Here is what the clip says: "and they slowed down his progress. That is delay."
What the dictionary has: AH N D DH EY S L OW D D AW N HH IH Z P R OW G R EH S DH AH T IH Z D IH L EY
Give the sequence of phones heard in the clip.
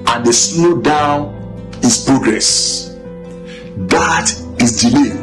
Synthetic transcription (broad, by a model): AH N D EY S N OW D D AW N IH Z P R OW G R EH S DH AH T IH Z D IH L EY